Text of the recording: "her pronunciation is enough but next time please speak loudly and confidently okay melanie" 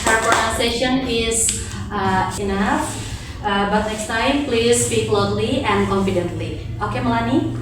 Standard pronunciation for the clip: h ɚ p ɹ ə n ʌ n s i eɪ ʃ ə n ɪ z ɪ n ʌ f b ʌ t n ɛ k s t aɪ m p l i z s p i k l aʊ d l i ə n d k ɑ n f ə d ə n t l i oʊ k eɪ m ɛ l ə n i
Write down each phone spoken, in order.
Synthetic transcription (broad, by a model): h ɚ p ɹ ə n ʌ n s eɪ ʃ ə n ɪ z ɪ n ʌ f b ʌ t n ɛ k s t aɪ m p l i z s p i k l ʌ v l i ə n d k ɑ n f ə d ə n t l i oʊ k eɪ m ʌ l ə n i